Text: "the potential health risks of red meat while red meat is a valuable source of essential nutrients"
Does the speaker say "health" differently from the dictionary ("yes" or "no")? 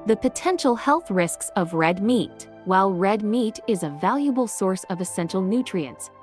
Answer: no